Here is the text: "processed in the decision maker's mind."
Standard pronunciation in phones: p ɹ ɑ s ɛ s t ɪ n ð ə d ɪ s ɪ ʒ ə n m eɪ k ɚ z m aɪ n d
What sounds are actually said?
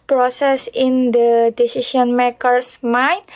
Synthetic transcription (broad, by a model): p ɹ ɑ s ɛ s ɪ n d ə d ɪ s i ʃ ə n m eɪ k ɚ s m aɪ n